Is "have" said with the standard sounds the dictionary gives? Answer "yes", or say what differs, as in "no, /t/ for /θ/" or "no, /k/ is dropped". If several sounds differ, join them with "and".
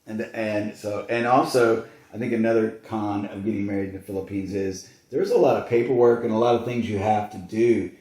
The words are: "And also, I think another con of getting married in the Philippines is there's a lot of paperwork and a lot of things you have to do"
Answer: no, /f/ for /v/